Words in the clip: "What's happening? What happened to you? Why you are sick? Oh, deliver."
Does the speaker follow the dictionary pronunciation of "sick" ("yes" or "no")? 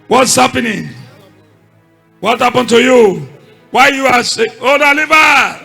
no